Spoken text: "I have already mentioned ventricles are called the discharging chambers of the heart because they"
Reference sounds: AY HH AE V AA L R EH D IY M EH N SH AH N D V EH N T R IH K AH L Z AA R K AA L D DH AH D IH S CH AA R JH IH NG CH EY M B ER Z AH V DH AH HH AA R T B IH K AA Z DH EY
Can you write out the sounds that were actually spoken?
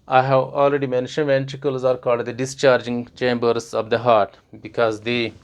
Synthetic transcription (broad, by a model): AY HH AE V AA L R EH D IY M EH N SH AH N D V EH N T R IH K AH L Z AA R K AA L D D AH D IH S CH AA R JH IH NG CH EY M B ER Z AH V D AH HH AA R T B IH K AA Z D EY